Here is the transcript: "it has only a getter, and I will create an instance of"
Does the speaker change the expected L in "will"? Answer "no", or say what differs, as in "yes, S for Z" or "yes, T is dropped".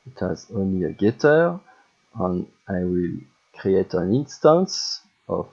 no